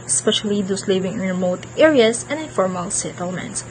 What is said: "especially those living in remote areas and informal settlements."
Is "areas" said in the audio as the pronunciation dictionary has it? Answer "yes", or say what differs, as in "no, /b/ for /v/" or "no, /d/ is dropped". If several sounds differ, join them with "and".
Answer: no, /s/ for /z/